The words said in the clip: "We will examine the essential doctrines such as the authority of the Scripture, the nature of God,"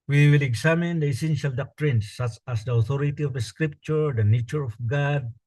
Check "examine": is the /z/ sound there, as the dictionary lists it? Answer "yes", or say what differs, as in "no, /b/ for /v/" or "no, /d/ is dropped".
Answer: no, /s/ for /z/